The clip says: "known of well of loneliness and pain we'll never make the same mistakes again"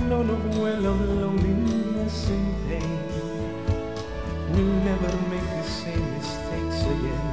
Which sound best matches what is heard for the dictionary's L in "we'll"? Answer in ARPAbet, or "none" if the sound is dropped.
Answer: N